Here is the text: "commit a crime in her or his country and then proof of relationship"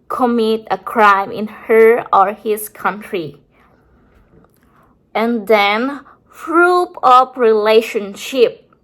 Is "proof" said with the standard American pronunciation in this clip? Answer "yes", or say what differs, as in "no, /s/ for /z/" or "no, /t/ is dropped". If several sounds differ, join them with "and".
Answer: no, /f/ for /p/ and /p/ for /f/